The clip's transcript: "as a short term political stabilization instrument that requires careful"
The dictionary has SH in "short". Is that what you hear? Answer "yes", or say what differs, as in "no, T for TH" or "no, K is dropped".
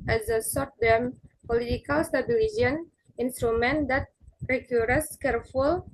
no, S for SH